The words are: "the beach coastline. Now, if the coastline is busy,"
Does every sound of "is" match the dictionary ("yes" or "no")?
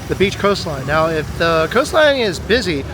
yes